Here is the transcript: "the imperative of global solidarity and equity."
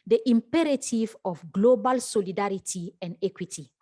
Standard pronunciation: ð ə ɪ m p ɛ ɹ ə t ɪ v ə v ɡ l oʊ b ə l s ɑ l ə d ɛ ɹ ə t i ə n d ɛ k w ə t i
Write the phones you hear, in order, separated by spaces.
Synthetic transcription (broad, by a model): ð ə ɪ m p ɛ ɹ ə t ɪ v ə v ɡ l oʊ b ə l s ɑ l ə d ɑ ɹ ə t i ə n d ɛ k w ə t i